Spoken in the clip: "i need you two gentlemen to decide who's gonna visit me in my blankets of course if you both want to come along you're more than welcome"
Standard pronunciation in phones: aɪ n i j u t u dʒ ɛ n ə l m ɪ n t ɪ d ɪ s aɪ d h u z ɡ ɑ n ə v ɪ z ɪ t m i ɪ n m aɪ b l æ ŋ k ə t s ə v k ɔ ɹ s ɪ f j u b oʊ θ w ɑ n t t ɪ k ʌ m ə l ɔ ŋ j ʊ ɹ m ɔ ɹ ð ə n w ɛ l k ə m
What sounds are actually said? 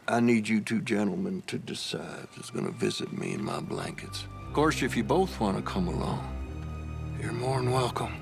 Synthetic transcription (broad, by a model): aɪ n i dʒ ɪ t u dʒ ɛ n l m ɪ n t ɪ d ɪ s aɪ d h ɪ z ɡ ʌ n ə v ɪ z ɪ t m i ɪ n m aɪ b l æ ŋ k ə t s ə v k ɔ ɹ s ɪ f j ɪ b oʊ θ w ɑ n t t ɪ k ʌ m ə l ɔ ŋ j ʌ ɹ m ɔ ɹ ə n w ɛ l k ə m